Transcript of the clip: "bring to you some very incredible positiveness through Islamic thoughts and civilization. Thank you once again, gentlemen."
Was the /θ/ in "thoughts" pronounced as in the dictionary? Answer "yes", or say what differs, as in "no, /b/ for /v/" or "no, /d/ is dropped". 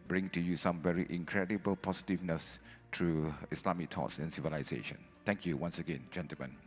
no, /t/ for /θ/